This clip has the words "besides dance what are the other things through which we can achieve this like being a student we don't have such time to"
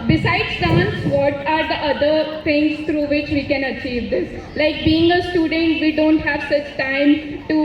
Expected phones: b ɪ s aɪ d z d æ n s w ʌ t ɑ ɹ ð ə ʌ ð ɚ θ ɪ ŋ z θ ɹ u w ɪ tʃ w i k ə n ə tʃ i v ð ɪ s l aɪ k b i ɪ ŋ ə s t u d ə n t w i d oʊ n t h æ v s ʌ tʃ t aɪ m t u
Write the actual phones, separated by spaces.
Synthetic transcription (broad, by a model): b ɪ s aɪ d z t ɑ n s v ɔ t ɑ ɹ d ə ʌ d ɚ t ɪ ŋ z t ɹ u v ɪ tʃ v i k ə n ə tʃ i v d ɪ s l aɪ k b i ɪ ŋ ə s t u d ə n t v i d oʊ n t h æ v s ʌ tʃ t aɪ m t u